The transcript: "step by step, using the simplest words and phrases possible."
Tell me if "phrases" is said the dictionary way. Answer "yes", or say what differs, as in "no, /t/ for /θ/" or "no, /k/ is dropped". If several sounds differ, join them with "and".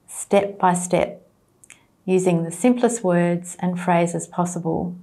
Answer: yes